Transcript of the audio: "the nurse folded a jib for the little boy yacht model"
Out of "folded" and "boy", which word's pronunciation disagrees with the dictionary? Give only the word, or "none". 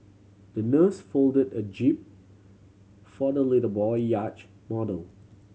none